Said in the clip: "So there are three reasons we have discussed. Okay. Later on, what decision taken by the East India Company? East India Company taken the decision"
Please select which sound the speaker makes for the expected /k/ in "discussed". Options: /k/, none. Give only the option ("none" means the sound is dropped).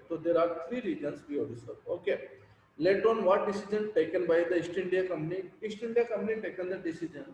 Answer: none